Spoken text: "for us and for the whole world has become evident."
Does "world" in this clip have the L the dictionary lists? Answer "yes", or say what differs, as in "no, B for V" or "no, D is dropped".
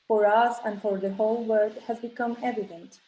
no, L is dropped